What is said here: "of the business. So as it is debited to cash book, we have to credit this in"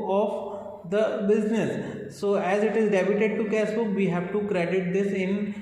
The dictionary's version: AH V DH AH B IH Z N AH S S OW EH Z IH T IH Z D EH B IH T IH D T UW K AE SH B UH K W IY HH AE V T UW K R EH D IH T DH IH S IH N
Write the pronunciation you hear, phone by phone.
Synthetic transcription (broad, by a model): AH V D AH B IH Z N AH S S OW EH Z IH T IH Z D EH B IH T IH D T UW K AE S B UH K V IY HH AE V T UW K R EH D IH T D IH S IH N